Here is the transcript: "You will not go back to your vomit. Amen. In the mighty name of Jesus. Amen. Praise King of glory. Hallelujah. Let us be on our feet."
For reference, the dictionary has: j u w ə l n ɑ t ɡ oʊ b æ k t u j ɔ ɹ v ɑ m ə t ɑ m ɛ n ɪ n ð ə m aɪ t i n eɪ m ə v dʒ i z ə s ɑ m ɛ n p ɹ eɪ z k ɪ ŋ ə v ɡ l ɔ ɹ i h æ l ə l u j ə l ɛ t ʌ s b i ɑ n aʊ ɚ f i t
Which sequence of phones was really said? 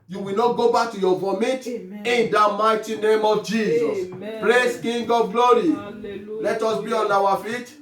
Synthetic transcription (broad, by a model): j u w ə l n ɑ t ɡ oʊ b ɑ k t u j ɔ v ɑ m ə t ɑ n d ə m aɪ t i n eɪ m ə v dʒ i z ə s p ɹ eɪ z k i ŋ ɡ ɔ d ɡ l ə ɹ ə l ɛ t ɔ s b i ɑ n aʊ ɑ f i t